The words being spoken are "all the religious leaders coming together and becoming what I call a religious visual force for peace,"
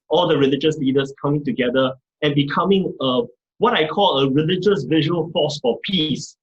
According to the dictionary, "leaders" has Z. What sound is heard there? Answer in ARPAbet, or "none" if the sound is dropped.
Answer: S